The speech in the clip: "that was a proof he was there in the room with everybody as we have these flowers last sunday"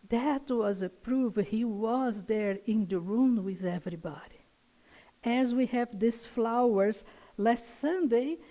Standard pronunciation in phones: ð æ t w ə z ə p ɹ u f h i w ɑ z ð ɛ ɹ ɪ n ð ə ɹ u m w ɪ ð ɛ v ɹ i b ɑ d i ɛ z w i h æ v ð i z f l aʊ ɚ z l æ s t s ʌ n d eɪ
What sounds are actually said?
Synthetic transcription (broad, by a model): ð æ t w ə z ə p ɹ u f h i w ɑ z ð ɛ ɹ ɪ n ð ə ɹ u m w ɪ ð ɛ v ɹ i b ɑ d i ɛ z w i h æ v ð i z f l aʊ ɚ z l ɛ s t s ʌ n d eɪ